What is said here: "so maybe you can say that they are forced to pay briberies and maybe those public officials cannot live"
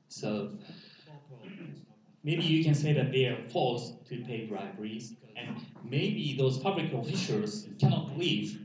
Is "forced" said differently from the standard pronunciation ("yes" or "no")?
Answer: yes